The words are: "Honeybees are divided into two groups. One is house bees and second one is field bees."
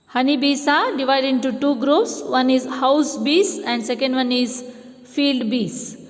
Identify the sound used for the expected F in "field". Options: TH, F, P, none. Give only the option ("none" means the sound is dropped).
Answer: F